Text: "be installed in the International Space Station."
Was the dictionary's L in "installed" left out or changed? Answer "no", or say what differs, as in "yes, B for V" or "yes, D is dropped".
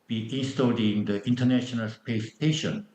yes, L is dropped